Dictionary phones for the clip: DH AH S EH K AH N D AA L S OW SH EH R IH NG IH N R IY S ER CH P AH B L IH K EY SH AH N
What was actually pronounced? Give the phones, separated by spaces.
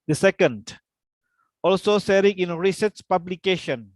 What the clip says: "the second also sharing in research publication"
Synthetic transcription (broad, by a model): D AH S EH K AH N D AA L S OW S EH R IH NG IH N R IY S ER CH P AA B L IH K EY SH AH N